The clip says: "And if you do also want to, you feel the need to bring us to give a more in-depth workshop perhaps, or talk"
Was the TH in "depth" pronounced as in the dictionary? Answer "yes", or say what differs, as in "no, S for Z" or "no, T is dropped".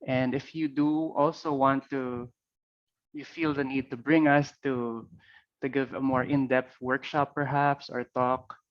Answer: no, T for TH